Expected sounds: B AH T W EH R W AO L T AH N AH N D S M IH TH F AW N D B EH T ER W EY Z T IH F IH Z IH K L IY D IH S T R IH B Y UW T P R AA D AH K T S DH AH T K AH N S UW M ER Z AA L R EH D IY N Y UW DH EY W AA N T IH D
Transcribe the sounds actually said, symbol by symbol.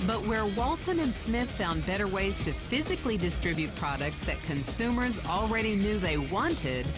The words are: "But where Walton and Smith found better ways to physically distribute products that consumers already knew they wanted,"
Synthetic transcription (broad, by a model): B AH T W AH R W AO L T AH N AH N S M IH TH F AW N B EH T ER W EY Z T IH F IH Z IH K L IY D IH S T R IH B Y UW T P R AA D AH K T S DH AH T K AH N S UW M ER Z L R EH D IY N Y UW DH EY W AA N T IH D